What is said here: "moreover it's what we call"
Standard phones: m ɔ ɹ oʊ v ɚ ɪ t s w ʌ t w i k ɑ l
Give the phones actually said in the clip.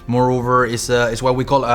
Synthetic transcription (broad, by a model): m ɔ ɹ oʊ v ɚ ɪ s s w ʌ w i k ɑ l